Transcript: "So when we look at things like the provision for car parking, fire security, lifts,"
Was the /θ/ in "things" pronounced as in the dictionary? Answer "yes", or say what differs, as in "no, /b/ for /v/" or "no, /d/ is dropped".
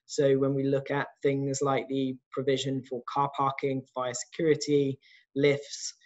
yes